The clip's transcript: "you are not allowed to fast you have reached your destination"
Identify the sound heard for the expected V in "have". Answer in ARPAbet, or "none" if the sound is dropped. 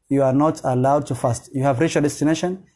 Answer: V